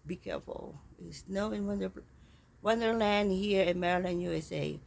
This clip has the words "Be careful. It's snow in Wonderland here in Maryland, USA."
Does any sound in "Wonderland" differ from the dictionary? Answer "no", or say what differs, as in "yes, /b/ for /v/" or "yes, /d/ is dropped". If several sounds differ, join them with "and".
yes, /w/ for /l/